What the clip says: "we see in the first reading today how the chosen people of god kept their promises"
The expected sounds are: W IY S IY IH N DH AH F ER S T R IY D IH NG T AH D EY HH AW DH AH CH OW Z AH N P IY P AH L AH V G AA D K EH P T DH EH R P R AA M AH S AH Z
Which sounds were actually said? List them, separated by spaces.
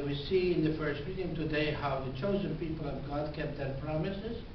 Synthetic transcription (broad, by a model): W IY S IY IH N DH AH F ER S T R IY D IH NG T AH D EY HH AW DH AH CH OW Z AH N P IY P AH L AH V G AA D K EH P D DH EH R P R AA M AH S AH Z